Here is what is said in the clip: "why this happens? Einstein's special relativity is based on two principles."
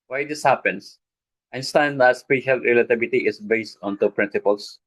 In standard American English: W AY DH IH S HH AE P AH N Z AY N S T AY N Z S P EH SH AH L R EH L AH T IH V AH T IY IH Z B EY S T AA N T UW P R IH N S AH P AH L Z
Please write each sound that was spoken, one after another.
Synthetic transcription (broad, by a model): W AY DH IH S HH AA P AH N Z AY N S T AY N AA S P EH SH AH L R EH L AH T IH B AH T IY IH S B EY S T AA N T UW P R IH N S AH P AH L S